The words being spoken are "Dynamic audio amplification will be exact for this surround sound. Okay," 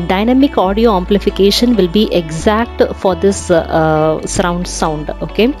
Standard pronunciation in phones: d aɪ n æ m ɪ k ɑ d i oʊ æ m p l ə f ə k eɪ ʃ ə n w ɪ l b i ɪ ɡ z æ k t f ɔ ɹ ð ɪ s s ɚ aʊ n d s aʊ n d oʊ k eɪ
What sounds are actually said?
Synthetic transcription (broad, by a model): d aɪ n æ m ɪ k ɑ d i oʊ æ m p l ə f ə k eɪ ʃ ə n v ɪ l b i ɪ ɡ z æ k t f ɔ ɹ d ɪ s s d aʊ n d s aʊ n d oʊ k eɪ